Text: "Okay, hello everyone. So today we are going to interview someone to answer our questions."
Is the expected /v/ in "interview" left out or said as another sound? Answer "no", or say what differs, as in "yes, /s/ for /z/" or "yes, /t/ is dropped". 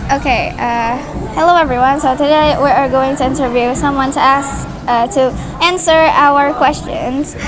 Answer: no